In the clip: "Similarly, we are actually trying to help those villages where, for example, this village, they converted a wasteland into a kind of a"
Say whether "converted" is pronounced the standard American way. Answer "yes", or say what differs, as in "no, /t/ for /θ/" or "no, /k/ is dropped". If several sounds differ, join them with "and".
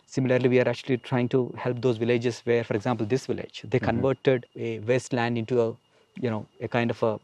yes